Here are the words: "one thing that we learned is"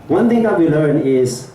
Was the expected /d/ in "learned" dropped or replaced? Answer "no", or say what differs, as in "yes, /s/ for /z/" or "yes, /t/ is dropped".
yes, /d/ is dropped